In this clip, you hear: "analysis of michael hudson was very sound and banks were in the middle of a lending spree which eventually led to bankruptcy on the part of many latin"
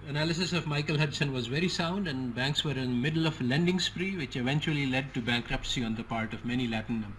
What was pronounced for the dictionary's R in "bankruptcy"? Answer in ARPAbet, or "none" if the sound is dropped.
R